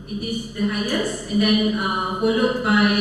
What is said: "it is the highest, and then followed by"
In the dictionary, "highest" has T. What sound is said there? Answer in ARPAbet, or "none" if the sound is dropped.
none